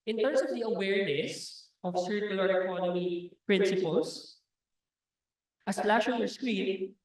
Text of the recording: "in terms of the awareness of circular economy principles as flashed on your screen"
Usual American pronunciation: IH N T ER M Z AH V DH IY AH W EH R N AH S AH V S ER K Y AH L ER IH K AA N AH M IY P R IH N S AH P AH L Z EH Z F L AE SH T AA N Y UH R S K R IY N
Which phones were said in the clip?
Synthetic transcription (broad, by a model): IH N T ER M S AH V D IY AH W EH R N AH S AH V S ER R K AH L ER IH K AA N AH M IY P R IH N S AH P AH L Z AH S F L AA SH AA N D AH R S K R IY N